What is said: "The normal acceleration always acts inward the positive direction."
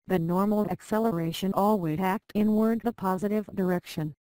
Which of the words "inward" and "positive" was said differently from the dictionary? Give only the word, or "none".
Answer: none